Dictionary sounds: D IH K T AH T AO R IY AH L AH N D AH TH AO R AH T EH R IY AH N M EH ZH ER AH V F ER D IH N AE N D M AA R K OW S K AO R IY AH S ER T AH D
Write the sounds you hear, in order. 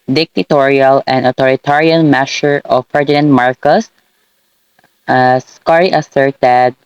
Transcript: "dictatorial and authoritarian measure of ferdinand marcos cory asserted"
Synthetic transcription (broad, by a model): D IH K T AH T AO R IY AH L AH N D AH T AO R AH T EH R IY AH N M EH S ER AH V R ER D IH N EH N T M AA R K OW S K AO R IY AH S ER T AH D